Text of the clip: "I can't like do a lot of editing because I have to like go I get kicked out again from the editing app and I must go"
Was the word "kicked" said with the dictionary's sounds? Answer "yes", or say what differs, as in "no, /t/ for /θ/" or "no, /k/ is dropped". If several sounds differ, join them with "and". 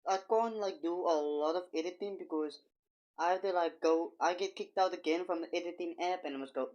yes